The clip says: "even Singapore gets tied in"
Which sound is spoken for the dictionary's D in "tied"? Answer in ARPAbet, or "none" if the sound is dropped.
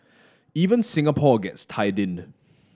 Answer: D